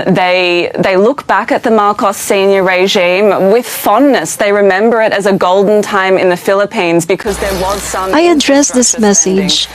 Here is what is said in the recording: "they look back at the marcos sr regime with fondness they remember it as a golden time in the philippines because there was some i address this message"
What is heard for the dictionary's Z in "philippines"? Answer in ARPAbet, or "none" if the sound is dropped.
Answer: Z